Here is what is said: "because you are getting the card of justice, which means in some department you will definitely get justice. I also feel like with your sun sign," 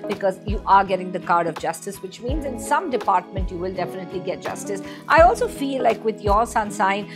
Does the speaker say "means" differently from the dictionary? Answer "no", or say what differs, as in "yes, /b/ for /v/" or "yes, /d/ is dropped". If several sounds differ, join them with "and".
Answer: no